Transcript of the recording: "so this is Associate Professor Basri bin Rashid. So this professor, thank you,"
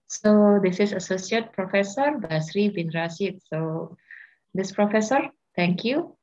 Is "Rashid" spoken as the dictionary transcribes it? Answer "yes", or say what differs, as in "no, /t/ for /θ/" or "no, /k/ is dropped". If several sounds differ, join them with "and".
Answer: no, /s/ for /ʃ/